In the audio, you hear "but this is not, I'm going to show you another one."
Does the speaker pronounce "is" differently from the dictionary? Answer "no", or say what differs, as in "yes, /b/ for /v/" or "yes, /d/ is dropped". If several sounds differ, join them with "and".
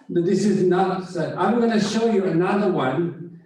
no